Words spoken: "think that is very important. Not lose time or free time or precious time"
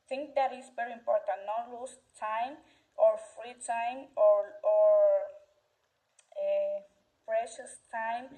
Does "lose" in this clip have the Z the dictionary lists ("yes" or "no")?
no